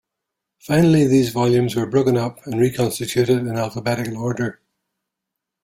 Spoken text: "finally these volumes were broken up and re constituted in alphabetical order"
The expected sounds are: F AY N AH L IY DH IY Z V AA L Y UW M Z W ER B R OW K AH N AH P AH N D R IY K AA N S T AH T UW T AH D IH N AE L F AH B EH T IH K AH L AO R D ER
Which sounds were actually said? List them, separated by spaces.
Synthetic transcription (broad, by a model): F AY N AH L IY DH IY Z V AA L Y UW M Z W ER B R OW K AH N AH P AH N R IY K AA N S T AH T UW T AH D IH N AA L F AH B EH T IH K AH L AO R D ER